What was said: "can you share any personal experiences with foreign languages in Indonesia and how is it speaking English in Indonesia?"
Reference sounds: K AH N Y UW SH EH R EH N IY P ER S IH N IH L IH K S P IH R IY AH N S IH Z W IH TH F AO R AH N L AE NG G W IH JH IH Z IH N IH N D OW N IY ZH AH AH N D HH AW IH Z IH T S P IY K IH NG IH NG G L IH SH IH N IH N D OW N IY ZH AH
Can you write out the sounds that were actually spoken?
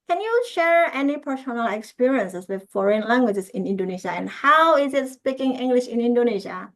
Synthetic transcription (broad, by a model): K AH N Y UW SH EH R EH N IY P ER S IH N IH L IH K S P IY R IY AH N S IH S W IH F AO R AH N L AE NG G W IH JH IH S IH N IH N D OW N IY SH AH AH N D HH AW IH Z IH T S P IY K IH NG IH NG G L IH SH IH N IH N D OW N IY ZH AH